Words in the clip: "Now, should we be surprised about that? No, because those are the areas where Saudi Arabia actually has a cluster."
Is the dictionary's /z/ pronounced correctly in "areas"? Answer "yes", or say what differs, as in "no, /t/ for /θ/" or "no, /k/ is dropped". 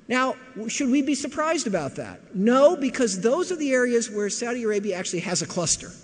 yes